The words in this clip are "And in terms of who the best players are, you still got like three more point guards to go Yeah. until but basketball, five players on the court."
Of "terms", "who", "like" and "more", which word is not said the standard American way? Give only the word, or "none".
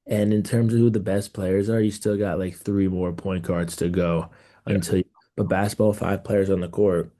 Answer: none